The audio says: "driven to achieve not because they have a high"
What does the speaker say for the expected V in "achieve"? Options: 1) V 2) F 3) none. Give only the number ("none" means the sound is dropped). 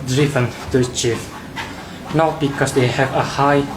2